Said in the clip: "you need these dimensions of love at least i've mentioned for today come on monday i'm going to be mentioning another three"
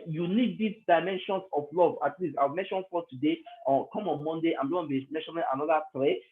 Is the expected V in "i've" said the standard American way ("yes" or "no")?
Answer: no